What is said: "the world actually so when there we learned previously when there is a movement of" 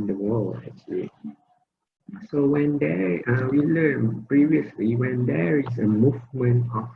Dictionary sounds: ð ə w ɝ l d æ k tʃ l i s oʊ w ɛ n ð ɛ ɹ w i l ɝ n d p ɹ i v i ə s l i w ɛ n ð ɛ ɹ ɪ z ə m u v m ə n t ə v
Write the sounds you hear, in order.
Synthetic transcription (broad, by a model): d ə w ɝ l æ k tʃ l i s oʊ w ɛ n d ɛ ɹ w i l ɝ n p ɹ i v i ə s l i w ɛ n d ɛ ɹ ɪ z ə m u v m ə n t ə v